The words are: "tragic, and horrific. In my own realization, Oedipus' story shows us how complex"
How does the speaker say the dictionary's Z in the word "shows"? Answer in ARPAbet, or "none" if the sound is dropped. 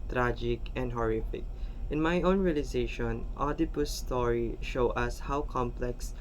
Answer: none